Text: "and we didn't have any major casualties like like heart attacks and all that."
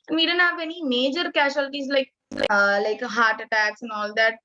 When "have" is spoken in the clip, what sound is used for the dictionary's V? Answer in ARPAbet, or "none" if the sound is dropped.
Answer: P